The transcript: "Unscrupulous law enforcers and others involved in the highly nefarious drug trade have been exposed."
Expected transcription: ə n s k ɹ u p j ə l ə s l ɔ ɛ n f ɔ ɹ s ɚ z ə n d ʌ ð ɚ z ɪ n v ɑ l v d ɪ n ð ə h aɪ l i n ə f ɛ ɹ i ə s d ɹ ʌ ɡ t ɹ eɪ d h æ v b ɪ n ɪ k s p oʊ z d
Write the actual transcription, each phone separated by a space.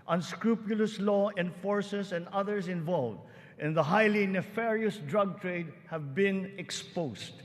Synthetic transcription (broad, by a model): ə n s k ɹ u p j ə l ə s l ɔ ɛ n f ɔ ɹ s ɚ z ə n d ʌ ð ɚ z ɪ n v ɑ l v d ɪ n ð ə h aɪ l i n ə f ɛ ɹ i ə s d ɹ ʌ ɡ t ɹ eɪ d h æ v b ɪ n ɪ k s p oʊ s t